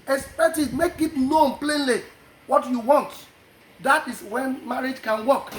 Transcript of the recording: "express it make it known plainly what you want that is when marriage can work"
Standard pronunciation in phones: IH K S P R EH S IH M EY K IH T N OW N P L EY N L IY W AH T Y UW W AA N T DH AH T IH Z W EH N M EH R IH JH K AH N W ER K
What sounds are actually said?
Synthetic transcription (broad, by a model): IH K S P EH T IH M EY K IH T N OW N P L EY N L IY W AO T Y UW W AA N T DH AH T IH S W EH N M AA R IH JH K AH N W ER K